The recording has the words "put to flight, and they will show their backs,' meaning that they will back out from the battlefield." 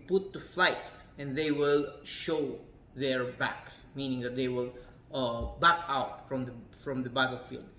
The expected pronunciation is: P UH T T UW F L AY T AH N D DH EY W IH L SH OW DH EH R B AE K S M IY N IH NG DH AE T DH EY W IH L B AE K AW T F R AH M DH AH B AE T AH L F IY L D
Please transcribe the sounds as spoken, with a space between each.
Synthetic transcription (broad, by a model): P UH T T UW F L AY T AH N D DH EY W IH L SH OW DH EH R B AE K S M IY N IH NG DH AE T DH EY W IH L B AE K AW T F R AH M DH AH B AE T L F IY L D